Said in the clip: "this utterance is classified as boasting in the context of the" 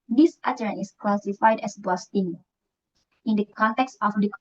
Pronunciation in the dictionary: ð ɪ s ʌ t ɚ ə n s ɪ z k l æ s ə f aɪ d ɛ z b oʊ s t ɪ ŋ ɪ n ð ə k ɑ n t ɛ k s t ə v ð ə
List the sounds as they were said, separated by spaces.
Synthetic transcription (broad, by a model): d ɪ s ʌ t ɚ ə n ɪ s k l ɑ s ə f aɪ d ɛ s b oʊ s t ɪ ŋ ɪ n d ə k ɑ n t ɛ k s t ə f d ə